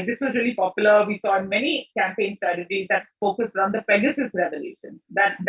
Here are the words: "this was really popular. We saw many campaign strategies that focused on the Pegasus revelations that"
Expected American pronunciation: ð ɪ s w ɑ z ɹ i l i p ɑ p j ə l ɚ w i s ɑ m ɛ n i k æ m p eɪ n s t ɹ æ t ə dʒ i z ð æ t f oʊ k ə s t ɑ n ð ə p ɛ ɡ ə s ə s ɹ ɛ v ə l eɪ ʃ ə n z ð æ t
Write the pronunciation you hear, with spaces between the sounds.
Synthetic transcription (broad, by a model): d ɪ s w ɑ z ɹ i l i p ɑ p j ə l ɚ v i s ɑ m ɛ n i k æ m p eɪ n s t ɹ æ t ə dʒ i z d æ t f oʊ k ə s t ɑ n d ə p ɛ ɡ ə s ə s ɹ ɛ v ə l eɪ ʃ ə n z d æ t